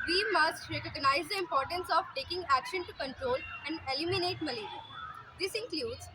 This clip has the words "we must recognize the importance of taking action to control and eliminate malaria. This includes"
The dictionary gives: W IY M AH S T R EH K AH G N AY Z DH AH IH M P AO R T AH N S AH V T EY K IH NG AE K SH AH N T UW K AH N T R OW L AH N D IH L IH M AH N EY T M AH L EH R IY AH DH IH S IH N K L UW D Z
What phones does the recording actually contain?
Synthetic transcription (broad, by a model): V IY M AH S T R EH K AH G N AY Z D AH IH M P AO R T AH N S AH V T EY K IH NG AE K SH AH N T UW K AH N T R OW L AH N D IH L IH M AH N EY T M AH L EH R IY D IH S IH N K L UW D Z